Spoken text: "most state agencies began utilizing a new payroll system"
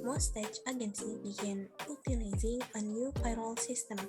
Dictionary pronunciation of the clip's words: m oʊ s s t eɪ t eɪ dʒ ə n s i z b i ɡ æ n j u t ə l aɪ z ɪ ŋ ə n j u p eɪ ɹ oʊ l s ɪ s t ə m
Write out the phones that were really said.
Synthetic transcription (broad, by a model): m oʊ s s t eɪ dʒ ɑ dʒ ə n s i b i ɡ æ n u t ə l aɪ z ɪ ŋ ə n j u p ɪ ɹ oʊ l s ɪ s t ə m